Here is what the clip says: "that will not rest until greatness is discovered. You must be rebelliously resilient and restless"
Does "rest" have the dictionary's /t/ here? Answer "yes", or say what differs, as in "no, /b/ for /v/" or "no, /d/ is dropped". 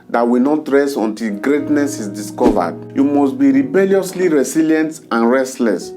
no, /t/ is dropped